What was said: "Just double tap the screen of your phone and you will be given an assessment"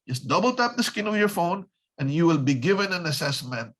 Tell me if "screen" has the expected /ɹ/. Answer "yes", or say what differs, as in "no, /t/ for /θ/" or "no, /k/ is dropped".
no, /ɹ/ is dropped